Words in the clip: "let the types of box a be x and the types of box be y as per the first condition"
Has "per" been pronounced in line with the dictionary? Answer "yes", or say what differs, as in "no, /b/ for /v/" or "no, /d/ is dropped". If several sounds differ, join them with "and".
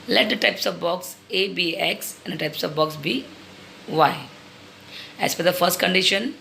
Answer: no, /f/ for /p/